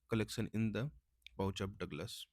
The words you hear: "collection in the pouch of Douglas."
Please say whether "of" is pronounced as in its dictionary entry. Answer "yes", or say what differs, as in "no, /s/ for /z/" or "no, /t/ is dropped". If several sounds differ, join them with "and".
no, /p/ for /v/